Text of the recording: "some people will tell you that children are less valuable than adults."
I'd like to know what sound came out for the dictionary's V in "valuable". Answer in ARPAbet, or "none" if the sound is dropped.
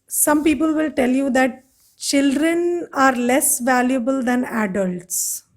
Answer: V